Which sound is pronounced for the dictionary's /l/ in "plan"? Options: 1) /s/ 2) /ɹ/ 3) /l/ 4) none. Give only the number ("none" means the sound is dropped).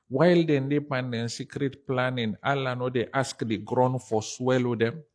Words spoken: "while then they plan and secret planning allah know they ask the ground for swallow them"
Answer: 4